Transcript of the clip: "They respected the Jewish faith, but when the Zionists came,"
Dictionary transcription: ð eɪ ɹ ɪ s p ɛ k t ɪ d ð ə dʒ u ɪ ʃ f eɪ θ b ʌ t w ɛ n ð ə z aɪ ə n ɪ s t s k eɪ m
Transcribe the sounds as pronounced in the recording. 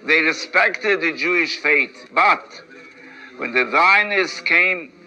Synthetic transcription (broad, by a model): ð eɪ ɹ ɪ s p ɛ k t ɪ d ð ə dʒ u ɪ ʃ f eɪ t b ʌ t w ɛ n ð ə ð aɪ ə n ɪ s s k eɪ m